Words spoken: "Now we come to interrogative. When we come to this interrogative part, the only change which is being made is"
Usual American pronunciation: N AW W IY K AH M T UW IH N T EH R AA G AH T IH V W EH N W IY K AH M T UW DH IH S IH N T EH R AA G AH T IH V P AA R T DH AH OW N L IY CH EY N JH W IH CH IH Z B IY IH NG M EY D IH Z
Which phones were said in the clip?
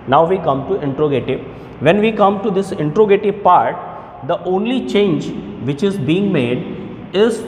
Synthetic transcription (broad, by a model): N AW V IY K AH M T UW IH N T R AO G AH T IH V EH N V IY K AH M T UW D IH S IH N T R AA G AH T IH P AA R T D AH OW N L IY CH EY N JH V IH CH IH Z B IY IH NG M EY D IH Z